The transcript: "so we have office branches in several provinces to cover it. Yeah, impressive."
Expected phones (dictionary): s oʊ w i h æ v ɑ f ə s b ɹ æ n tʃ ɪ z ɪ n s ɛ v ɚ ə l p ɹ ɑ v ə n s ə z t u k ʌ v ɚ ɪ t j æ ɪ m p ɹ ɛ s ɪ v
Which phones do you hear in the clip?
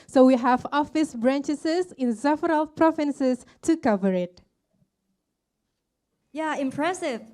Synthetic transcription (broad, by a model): s oʊ w i h æ v ɑ f ə s b ɹ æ n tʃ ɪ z ɪ n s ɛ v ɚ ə l p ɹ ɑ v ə n s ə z t u k ʌ v ɚ ɪ t j æ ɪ m p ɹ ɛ s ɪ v